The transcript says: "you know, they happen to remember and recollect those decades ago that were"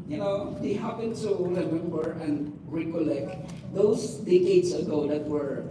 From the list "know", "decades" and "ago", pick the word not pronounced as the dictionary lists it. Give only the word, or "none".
decades